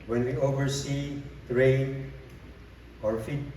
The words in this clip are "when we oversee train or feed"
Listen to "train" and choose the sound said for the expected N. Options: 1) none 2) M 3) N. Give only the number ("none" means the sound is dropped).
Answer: 1